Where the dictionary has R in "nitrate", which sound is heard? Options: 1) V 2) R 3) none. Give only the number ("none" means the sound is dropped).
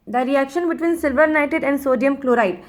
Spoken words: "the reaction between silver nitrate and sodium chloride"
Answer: 3